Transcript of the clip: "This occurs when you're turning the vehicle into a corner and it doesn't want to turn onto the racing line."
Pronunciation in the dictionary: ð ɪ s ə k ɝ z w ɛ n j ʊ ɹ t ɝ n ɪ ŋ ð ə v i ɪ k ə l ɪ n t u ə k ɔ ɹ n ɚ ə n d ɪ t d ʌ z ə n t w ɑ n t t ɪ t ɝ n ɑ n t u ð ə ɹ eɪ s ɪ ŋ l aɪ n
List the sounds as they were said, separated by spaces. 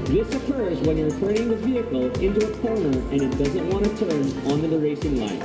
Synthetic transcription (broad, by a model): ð ɪ s ə k ɝ z w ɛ n j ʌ ɹ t ɝ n ɪ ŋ ð ə v i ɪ k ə l ɪ n t u ə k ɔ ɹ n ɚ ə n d ɪ t d ʌ z ə n t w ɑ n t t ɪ t ɝ n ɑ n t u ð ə ɹ eɪ s ɪ ŋ l aɪ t